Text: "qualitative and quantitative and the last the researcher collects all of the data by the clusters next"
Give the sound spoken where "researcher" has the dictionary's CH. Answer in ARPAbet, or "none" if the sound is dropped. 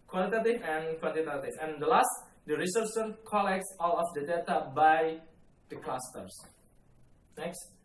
S